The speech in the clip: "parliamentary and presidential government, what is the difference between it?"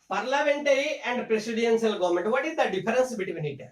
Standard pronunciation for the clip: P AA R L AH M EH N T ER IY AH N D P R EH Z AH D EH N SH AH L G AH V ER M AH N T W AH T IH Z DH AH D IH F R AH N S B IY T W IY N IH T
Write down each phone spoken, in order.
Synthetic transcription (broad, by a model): P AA R L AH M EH N T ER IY AH N D P R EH S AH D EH N S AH L G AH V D M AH N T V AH T IH Z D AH D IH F R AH N S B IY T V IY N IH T